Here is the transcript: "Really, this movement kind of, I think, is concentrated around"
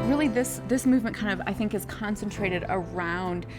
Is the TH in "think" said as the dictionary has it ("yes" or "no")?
yes